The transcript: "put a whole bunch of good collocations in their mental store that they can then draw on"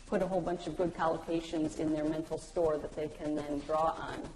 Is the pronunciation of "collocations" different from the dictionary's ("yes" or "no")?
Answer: no